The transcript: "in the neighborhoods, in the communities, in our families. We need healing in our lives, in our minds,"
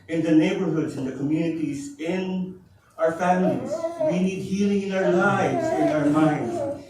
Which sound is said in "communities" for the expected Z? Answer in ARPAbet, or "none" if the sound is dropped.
Z